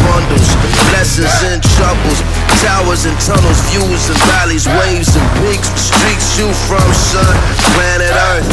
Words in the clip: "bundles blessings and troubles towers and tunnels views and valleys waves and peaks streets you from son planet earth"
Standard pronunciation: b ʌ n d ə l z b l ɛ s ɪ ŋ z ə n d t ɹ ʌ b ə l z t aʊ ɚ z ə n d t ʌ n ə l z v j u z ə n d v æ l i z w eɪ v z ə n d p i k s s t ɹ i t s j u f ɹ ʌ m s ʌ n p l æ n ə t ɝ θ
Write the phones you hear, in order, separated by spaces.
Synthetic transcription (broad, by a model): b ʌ n d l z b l ɛ s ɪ z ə n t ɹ ʌ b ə l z t aʊ ɚ z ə n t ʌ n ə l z v j u z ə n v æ l i z w eɪ v z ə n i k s s t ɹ i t s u f ɹ ʌ m s ʌ n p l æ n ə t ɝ